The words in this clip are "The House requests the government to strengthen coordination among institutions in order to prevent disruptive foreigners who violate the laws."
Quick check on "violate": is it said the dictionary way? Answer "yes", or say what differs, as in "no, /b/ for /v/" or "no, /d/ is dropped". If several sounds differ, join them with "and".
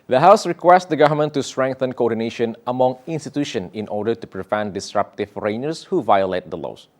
yes